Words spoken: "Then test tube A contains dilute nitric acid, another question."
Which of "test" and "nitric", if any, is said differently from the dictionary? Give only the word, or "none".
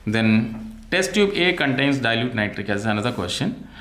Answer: none